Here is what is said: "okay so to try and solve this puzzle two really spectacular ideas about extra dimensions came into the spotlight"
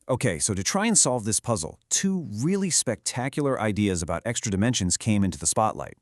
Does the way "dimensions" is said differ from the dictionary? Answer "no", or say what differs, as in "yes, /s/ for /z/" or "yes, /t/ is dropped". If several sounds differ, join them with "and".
no